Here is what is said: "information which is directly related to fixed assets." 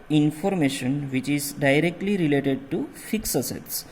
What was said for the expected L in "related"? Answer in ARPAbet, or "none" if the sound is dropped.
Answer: L